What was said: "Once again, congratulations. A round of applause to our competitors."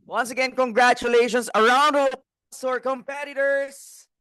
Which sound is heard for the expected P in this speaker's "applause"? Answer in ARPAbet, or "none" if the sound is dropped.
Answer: none